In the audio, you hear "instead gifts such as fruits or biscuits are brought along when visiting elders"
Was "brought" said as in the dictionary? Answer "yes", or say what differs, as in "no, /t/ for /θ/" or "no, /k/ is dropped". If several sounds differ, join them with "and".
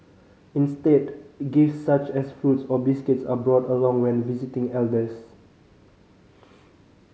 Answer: yes